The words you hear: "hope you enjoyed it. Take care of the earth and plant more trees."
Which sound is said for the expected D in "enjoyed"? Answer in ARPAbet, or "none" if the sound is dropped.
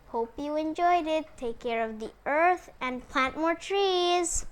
D